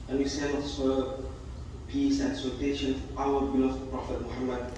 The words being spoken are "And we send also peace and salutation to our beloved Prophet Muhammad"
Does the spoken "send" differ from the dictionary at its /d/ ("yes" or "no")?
yes